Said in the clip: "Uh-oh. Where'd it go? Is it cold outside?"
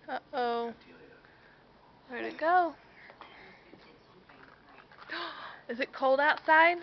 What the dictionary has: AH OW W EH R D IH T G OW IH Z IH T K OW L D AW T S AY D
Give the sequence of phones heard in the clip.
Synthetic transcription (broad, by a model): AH OW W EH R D IH T G OW IH Z IH T K OW L D AW T S AY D